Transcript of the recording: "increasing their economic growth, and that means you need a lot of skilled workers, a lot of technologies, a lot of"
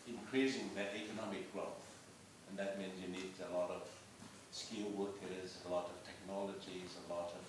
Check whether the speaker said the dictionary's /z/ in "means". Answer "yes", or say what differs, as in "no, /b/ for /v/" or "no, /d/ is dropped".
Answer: yes